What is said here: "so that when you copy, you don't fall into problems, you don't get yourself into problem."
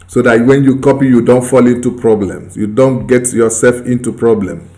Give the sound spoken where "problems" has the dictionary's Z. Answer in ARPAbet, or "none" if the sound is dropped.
S